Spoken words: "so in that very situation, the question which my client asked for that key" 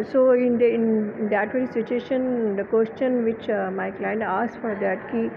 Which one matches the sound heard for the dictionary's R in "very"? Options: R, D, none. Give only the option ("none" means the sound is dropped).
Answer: none